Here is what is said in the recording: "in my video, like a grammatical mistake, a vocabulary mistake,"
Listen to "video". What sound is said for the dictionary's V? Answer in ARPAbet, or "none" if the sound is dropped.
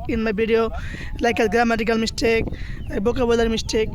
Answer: B